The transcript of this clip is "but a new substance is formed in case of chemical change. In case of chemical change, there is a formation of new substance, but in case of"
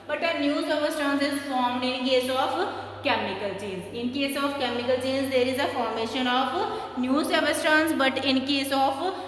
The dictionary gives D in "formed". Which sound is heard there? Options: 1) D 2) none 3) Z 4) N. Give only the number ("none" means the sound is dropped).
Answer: 1